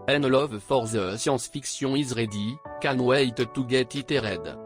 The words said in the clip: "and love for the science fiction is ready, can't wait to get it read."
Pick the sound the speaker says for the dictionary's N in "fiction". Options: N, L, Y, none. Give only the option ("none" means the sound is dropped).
none